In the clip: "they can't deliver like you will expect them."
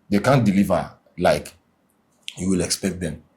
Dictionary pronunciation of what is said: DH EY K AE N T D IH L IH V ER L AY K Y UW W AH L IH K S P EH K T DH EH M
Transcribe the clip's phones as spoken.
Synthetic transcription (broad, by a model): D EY K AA N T D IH L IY V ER L AY K Y UW W AH L IH K S P EH K T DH EH M